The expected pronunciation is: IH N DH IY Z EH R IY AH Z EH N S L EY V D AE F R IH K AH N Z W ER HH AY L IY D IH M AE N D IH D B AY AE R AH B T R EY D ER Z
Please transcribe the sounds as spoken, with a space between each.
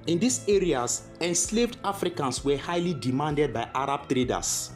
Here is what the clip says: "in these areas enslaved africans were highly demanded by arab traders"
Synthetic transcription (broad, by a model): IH N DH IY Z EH R IY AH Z EH N S L EY V D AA F R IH K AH N S W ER HH AY L IY D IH M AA N D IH D B AY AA R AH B T R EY D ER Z